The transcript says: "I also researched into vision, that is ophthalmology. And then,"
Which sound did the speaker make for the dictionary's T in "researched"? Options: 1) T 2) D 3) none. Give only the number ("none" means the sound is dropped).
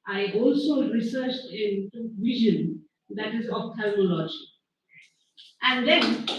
1